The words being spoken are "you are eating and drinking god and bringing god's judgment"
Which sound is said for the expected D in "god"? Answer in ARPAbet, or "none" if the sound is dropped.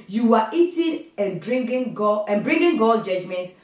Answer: none